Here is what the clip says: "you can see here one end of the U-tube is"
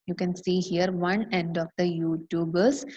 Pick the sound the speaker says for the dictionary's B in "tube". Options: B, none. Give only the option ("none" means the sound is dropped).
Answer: B